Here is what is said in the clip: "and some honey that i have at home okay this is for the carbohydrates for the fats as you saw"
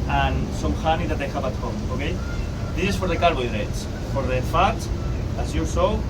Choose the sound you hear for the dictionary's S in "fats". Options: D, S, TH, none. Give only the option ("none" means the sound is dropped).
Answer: none